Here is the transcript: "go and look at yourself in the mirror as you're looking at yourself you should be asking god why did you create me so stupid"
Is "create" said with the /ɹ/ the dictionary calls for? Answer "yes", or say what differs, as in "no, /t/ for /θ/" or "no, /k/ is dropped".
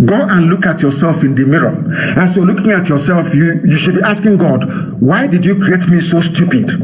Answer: yes